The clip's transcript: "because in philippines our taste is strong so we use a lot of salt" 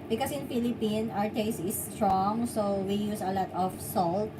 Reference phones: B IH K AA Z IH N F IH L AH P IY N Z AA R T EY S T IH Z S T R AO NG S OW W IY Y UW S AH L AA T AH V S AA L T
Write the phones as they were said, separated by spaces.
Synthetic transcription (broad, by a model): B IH K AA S IH N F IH L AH P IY N AA R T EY S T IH S T R AO NG S OW W IY Y UW S AH L AA T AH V S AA L T